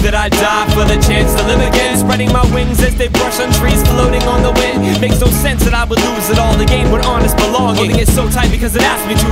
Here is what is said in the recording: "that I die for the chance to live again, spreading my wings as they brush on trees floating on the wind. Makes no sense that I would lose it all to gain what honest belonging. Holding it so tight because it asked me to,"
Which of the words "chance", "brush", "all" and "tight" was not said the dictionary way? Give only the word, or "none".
none